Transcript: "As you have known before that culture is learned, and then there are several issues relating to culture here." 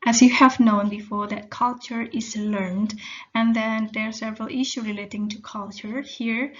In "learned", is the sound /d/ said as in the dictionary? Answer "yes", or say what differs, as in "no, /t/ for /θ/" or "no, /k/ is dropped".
yes